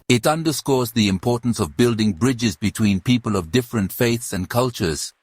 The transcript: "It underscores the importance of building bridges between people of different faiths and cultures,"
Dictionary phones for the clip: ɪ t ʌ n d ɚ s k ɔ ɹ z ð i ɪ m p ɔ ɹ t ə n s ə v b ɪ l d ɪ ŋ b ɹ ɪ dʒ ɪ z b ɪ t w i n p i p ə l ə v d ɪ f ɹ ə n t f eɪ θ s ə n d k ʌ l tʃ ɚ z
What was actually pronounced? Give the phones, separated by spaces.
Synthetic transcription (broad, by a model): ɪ t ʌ n d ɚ s k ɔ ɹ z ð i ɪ m p ɔ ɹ t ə n s ə v b ɪ l d ɪ ŋ b ɹ ɪ dʒ ɪ z b ɪ t w i n p i p ə l ə v d ɪ f ɹ ə n t f eɪ θ s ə n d k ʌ l tʃ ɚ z